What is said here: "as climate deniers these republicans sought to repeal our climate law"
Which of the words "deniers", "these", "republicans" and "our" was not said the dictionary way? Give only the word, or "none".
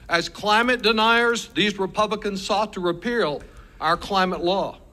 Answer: none